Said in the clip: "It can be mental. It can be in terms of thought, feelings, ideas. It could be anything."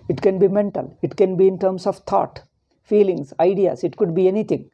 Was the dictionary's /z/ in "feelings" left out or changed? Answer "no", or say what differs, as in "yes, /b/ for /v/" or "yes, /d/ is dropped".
yes, /s/ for /z/